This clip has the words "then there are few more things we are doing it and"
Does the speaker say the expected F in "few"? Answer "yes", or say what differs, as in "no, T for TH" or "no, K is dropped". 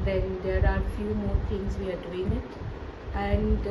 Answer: yes